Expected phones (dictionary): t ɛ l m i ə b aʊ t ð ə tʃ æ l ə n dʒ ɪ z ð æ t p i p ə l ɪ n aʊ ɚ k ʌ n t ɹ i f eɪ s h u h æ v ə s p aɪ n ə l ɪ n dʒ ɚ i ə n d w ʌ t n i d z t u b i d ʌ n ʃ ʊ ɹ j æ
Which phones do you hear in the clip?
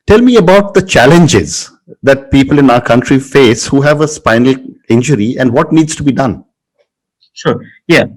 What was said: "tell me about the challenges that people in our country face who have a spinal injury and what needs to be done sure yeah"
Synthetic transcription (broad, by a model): t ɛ l m i ə b aʊ t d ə tʃ æ l ə n dʒ ɪ z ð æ t p i p ə l ɪ n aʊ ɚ k ʌ n t ɹ i f eɪ s h u h æ v ə s p aɪ n ə l ɪ n dʒ ɚ i ə n d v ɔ t n i d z t u b i d ʌ n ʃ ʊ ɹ j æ